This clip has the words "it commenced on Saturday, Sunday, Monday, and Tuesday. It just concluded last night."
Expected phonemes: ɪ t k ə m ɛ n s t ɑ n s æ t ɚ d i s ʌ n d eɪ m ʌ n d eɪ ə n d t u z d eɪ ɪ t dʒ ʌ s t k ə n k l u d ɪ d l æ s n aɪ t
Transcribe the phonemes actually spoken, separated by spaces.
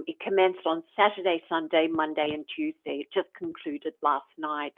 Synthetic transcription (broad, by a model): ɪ t k ə m ɛ n s t n s æ t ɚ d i s ʌ n d eɪ m ʌ n d eɪ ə n t u z d eɪ ɪ t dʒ ʌ s k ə n k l u d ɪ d l æ s n aɪ t